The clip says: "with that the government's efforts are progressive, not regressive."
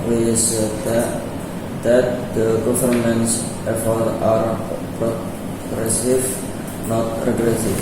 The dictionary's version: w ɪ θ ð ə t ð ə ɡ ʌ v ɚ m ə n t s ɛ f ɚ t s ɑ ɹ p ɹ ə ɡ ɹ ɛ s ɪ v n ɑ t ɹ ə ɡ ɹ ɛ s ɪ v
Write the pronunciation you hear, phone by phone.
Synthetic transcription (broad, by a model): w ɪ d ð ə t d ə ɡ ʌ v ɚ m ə n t s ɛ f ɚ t ɑ ɹ p ɹ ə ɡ ɹ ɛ s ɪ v n ɑ t ɹ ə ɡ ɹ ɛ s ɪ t